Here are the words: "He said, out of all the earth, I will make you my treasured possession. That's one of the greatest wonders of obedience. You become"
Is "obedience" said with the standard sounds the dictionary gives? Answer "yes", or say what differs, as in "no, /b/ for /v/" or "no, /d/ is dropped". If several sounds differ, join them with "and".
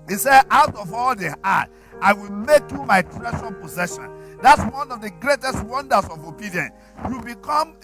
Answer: no, /s/ is dropped